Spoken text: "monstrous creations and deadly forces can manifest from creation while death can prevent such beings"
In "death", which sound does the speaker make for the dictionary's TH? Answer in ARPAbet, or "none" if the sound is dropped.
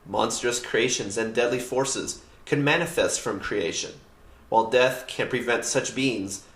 TH